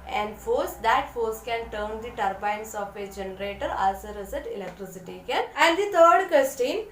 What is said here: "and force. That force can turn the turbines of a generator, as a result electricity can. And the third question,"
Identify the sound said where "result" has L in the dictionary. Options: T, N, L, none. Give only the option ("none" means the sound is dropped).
none